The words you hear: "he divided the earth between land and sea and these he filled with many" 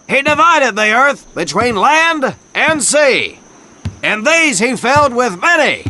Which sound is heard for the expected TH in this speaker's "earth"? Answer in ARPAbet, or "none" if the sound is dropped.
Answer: TH